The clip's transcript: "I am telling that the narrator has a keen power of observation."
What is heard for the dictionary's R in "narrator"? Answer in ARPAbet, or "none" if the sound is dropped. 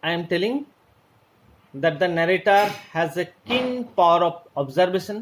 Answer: R